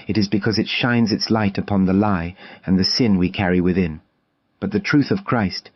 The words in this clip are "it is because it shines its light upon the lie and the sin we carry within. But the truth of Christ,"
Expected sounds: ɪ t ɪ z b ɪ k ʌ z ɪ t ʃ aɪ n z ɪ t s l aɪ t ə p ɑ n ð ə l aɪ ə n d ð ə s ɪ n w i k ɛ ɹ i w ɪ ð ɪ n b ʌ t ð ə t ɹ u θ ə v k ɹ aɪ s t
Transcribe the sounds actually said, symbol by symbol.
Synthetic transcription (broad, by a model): ɪ t ɪ z b ɪ k ʌ z ɪ t ʃ aɪ n z ɪ t s l aɪ t ə p ɑ n ð ə l aɪ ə n ð ə s ɪ n w i k ɛ ɹ i w ɪ ð ɪ n b ʌ t ð ə t ɹ u θ ə v k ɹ aɪ s t